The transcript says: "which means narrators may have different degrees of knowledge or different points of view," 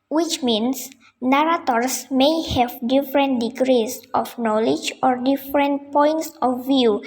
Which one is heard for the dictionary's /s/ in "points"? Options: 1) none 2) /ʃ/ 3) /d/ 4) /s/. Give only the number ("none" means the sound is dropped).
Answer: 4